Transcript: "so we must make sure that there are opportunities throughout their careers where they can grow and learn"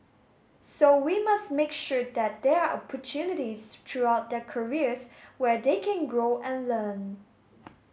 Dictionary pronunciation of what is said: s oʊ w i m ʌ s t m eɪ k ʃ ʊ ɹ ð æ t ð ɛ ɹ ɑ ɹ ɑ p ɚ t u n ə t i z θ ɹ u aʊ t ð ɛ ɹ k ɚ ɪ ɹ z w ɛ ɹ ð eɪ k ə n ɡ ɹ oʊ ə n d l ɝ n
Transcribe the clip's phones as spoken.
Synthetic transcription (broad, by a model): s oʊ w i m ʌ s t m eɪ k ʃ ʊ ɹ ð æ t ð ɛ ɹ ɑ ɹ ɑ p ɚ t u n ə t i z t ɹ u aʊ t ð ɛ k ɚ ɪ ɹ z w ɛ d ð eɪ k ə n ɡ ɹ oʊ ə n l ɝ n